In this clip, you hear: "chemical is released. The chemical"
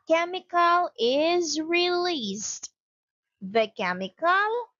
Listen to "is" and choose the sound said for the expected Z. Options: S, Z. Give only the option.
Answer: Z